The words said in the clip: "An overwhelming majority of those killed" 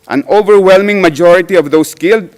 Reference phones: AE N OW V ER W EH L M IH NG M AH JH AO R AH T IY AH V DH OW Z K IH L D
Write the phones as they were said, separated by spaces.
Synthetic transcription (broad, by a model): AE N OW V ER W EH L M IH NG M AH JH AO R AH T IY AH V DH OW S K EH L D